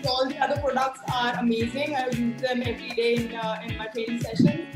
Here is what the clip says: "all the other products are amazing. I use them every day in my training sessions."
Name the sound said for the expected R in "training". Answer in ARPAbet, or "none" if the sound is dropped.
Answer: none